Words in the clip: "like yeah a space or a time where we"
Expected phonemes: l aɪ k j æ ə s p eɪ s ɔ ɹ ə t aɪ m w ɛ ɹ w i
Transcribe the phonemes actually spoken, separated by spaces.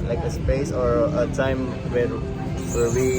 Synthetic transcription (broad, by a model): l aɪ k ə s p eɪ s ɔ ɹ ə t aɪ m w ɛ w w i